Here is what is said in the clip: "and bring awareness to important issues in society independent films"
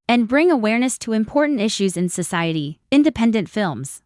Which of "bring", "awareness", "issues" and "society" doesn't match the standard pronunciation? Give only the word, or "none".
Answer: none